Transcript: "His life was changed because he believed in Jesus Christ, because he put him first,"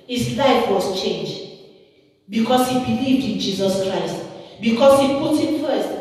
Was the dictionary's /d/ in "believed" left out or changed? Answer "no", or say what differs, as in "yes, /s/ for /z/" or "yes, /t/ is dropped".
no